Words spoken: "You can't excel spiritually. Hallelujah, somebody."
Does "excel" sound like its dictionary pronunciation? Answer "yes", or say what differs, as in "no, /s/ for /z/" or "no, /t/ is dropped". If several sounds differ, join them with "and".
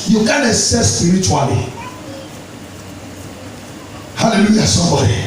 no, /k/ is dropped